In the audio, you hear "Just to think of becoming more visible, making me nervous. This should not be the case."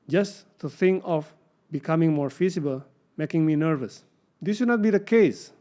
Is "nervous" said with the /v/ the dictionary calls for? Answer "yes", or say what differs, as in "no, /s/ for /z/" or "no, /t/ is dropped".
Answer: yes